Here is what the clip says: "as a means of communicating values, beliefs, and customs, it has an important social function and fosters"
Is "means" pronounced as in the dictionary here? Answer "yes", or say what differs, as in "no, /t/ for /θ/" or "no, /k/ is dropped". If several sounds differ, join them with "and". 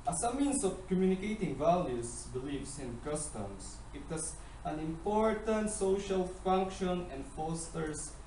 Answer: no, /s/ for /z/